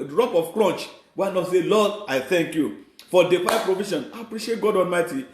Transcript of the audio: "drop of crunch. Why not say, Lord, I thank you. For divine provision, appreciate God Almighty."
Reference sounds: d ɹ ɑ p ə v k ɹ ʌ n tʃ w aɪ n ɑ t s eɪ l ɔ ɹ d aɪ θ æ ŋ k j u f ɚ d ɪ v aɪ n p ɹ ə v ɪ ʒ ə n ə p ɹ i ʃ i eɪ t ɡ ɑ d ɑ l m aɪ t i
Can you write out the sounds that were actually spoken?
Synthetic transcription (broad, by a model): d ɹ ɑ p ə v k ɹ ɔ n tʃ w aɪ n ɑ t s eɪ l ɔ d aɪ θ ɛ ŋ k j u f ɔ d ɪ p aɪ p ɹ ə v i ʃ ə n ə p ɹ i ʃ i eɪ t ɡ ɑ d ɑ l m aɪ t i